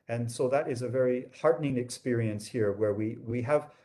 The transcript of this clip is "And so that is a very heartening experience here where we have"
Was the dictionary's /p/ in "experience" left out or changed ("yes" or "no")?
no